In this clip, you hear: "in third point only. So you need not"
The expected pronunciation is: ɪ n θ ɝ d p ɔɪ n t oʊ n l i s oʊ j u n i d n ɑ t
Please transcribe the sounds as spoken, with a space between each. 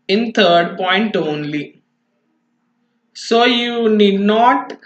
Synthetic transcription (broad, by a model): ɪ n t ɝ d p ɔɪ n t oʊ n l i s oʊ j u n i d n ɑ t